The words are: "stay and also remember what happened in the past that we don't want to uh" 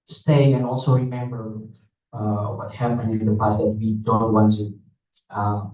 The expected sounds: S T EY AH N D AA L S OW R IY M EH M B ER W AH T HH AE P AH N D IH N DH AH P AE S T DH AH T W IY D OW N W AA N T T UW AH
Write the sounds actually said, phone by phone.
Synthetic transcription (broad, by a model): S T EY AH N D AA L S OW R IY M EH M B ER W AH T HH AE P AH N IH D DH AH P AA S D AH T W IY D OW N W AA N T T UW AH